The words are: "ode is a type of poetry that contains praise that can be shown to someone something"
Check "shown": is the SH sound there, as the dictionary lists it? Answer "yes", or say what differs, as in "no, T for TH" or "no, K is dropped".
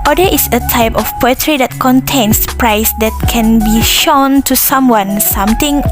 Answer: yes